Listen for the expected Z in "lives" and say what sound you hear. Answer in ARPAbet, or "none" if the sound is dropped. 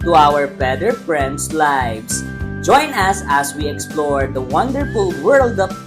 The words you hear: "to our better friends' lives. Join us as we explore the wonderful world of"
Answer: S